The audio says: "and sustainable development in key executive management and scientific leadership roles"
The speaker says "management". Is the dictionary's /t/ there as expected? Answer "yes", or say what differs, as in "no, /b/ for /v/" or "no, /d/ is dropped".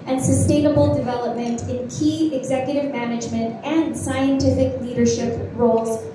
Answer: yes